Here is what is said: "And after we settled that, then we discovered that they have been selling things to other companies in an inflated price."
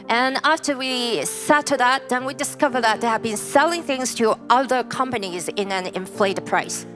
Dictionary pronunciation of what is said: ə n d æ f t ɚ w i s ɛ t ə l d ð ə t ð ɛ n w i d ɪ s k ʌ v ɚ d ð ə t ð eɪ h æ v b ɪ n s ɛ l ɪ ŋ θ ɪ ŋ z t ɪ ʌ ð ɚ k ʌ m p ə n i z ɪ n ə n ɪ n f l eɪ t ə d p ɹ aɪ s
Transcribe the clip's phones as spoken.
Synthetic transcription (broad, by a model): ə n æ f t ɚ w i s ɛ t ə ð ə t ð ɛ n w i d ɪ s k ʌ v ɚ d ð ə t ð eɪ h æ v b ɪ n s ɛ l ɪ ŋ θ ɪ ŋ z t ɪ ʌ ð ɚ k ʌ m p ə n i z ɪ n ə n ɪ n f l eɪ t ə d p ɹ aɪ s